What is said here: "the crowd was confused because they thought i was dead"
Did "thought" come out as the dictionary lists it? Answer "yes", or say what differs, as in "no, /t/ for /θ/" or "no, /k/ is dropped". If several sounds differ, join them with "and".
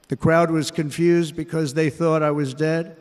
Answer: yes